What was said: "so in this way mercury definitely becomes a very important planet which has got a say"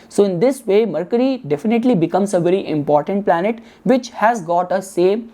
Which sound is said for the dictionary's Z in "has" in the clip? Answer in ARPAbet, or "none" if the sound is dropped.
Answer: Z